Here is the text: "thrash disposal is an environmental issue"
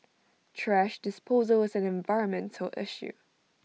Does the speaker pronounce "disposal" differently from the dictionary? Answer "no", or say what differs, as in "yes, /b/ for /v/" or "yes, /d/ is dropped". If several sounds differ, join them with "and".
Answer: no